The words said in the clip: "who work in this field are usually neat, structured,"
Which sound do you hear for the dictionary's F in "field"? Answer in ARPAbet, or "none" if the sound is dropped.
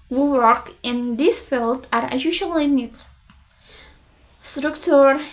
F